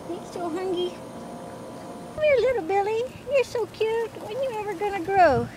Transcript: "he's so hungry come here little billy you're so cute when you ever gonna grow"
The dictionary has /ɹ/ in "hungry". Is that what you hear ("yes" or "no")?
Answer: no